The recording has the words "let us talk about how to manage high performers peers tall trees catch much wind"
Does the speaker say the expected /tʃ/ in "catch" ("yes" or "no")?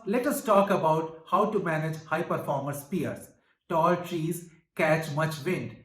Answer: yes